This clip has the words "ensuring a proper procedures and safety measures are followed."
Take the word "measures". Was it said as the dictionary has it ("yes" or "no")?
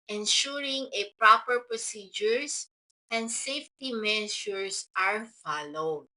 no